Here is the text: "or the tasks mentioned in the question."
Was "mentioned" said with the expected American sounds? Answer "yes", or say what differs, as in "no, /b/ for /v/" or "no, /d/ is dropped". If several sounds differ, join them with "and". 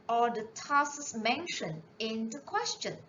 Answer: no, /d/ is dropped